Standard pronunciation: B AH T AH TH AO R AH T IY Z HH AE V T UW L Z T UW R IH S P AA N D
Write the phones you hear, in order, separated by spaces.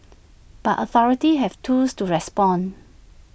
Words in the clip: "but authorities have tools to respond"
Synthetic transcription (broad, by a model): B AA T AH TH AO R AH T IY HH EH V T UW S T UW R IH S P AA N